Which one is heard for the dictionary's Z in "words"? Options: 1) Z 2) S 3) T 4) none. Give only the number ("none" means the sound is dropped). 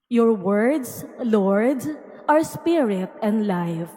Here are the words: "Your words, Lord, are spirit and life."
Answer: 2